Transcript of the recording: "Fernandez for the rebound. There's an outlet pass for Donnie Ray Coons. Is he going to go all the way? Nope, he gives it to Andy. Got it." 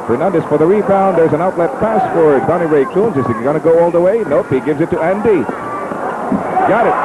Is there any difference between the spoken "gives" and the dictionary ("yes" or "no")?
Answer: no